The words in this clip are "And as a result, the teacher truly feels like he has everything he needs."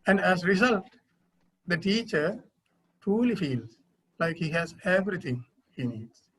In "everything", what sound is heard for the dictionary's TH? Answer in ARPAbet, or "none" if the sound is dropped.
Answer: T